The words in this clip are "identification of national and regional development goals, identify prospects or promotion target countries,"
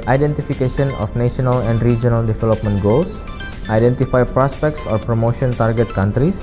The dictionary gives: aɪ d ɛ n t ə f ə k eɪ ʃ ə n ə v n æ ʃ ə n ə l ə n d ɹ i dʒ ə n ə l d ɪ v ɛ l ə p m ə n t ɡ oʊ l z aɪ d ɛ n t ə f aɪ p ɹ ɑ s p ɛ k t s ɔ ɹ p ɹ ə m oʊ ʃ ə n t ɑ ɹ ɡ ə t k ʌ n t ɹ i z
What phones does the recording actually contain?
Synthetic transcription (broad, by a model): aɪ d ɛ n t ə f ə k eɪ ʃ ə n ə f n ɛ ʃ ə n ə l ə n d ɹ i dʒ ə n ə l d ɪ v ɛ l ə p m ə n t ɡ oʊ l s aɪ d ɛ n t ə f aɪ p ɹ ɑ s p ɛ k t s ɔ ɹ p ɹ ə m oʊ ʃ ə n t ɑ ɹ ɡ ə t k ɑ n t ɹ i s